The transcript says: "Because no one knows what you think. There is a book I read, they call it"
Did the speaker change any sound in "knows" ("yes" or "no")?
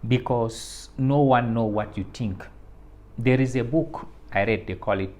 yes